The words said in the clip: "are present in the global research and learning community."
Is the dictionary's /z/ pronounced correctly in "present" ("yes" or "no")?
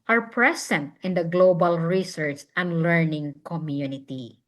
no